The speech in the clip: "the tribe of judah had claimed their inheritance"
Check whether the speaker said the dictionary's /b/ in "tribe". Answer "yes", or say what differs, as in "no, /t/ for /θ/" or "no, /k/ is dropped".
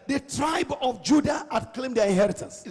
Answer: yes